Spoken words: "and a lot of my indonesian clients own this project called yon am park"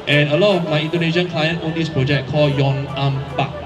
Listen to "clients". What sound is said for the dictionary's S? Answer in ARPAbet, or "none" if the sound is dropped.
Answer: none